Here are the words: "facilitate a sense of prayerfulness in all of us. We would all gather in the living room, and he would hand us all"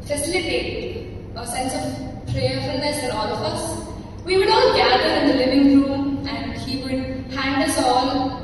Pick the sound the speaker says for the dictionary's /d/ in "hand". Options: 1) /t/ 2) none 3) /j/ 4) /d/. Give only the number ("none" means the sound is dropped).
4